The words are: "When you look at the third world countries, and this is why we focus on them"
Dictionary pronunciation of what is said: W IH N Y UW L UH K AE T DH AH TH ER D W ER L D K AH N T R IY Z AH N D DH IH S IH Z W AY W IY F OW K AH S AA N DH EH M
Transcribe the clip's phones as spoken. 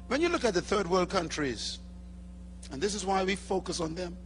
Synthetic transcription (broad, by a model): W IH N Y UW L UH K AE T DH AH TH ER D W ER L D K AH N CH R IY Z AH N DH IH S IH Z W AY W IY F OW K AH S N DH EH M